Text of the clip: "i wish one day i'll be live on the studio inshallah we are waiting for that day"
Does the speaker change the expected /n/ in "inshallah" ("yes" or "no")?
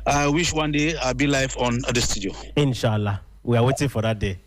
no